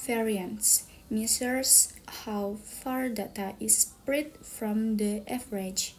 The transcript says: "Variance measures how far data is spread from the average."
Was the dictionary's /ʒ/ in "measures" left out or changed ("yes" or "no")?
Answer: yes